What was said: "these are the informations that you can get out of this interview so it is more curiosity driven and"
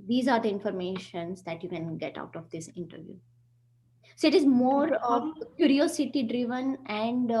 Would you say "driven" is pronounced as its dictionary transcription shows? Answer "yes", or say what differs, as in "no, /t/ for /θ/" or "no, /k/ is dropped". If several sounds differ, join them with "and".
yes